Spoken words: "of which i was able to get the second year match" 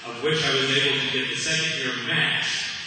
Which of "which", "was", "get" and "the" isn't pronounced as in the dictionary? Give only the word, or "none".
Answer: none